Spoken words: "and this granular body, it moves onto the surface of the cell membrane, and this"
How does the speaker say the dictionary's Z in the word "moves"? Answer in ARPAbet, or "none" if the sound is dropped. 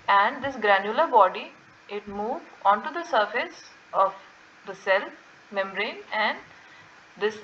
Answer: none